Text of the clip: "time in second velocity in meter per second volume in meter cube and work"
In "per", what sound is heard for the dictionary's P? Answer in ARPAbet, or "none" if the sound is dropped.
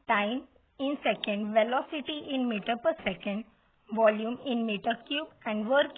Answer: P